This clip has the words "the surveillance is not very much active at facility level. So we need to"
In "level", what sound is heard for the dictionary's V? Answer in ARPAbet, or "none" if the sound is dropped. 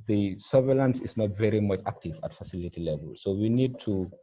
V